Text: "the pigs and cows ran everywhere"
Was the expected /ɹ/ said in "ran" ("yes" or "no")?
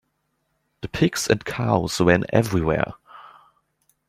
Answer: no